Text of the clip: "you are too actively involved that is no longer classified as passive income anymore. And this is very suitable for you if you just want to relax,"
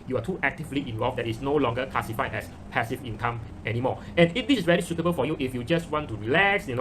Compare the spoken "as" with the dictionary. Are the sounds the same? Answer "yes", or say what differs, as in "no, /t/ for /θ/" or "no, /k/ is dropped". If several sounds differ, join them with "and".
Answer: no, /s/ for /z/